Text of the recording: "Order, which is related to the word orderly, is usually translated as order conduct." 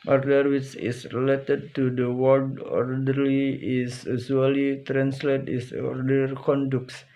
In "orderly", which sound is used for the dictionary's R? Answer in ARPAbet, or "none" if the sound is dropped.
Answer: R